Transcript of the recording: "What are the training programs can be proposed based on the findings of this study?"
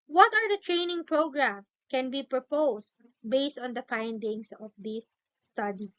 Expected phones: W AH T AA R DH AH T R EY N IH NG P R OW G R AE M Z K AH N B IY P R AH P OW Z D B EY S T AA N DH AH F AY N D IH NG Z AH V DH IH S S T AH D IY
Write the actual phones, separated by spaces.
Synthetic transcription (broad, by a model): W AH T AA R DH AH T R EY N IH NG P R OW G R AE M K AH N B IY P R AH P OW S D B EY S T AA N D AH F AY N D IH NG S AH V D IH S S T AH D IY